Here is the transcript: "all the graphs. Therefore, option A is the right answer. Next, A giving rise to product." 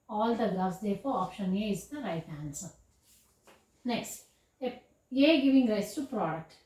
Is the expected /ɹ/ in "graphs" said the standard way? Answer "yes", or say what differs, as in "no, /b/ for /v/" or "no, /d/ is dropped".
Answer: no, /l/ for /ɹ/